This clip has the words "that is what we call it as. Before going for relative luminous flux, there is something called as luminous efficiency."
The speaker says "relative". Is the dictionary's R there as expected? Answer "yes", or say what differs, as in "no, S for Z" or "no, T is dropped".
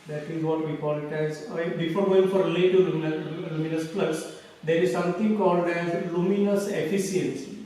no, L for R